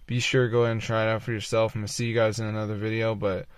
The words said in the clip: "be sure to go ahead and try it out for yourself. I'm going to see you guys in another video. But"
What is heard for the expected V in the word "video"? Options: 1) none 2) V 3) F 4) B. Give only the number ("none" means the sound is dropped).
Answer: 2